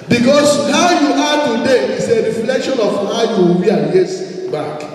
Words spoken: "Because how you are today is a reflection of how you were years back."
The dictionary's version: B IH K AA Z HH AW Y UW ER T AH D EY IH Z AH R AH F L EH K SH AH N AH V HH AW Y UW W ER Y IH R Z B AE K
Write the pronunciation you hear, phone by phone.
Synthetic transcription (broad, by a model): B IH K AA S HH AW Y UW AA T AH D EY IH S AH R AH F L EH K SH AH N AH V HH AW Y UW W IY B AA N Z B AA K